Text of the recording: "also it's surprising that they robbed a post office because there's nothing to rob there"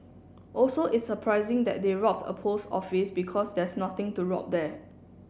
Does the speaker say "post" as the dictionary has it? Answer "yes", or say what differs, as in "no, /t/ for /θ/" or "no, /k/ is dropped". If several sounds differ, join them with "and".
no, /t/ is dropped